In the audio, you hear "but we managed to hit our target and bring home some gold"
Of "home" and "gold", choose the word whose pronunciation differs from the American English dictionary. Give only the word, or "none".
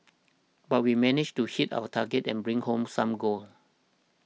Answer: gold